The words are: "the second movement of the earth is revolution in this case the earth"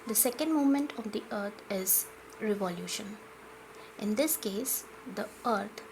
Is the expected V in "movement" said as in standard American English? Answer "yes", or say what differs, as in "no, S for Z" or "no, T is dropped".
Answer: no, V is dropped